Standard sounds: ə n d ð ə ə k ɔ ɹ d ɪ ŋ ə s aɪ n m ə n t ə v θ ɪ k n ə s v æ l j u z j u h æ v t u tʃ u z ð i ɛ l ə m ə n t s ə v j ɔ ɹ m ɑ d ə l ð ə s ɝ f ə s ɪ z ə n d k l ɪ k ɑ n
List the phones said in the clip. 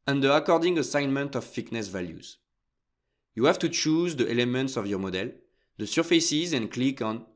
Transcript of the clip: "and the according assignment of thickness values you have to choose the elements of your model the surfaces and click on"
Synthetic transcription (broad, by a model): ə n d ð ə ə k ɔ ɹ d ɪ ŋ ə s aɪ n m ə n t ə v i k n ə s v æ l j u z j u h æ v t u tʃ u z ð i ɛ l ə m ə n t s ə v j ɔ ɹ m ɑ d ə l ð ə s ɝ f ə s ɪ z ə n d k l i k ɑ n